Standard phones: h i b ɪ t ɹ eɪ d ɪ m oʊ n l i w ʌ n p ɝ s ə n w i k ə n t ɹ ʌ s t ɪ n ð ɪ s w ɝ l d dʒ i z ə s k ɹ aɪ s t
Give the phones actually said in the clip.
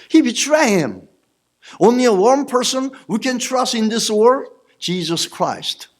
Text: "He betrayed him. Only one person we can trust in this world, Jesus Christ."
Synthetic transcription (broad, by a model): h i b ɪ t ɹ eɪ ɪ m oʊ n l i w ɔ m p ɝ s ə n w i k ə n t ɹ ʌ s t ɪ n ð ɪ s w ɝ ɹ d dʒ i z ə s k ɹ aɪ s t